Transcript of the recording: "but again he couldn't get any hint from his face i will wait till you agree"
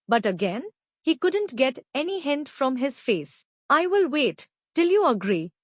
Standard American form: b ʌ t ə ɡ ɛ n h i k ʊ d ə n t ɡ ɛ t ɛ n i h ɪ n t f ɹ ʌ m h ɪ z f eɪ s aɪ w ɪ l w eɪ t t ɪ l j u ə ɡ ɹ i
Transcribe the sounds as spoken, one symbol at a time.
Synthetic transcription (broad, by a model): b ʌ t ə ɡ ɛ n h i k ʊ d ə n t ɡ ɛ t ɛ n i h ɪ n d f ɹ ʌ m h ɪ z f eɪ s aɪ w ɪ l w eɪ t t ɪ l j u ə ɡ ɹ i